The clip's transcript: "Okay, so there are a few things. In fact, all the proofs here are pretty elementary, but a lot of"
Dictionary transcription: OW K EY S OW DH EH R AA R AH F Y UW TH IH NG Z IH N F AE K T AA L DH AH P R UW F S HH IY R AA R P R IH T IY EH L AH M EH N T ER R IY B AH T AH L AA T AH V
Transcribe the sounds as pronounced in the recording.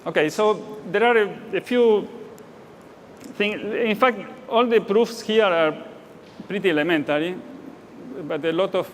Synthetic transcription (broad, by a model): OW K EY S OW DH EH R AA R AH F Y UW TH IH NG IH N F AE K T AA L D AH P R UW F S HH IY R AA R P R IH T IY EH L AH M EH N T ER R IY B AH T AH L AA T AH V